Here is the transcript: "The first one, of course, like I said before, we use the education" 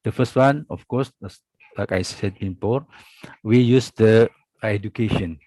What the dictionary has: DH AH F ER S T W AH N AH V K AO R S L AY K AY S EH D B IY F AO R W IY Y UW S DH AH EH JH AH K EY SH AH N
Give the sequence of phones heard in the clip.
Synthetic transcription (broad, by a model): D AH F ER S T W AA N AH F K AO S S L AY K AY S EH D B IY P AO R W IY Y UW S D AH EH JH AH K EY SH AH N